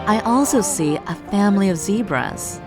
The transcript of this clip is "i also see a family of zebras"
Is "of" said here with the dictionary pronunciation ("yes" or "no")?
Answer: yes